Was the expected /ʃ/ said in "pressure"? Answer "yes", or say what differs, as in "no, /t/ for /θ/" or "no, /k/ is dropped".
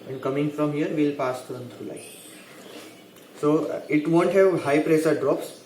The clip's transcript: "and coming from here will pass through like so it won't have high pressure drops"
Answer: no, /s/ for /ʃ/